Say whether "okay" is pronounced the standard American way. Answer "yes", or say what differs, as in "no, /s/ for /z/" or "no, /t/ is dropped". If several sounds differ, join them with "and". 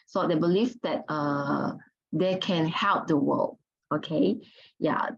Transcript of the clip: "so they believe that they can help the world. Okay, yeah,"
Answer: yes